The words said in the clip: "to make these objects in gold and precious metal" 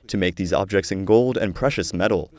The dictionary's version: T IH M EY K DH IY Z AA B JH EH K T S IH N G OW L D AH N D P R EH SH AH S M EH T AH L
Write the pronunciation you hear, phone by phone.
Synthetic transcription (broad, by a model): T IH M EY K DH IY Z AA B JH EH K T S IH N G OW L D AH N P R EH SH AH S M EH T L